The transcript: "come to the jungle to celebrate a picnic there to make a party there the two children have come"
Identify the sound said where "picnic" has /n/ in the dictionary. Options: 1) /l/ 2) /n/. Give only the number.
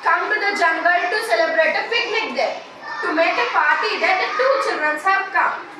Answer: 1